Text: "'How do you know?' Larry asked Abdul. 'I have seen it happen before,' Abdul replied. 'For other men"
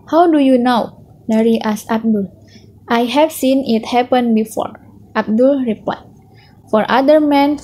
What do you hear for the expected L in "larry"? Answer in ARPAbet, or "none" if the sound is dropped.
N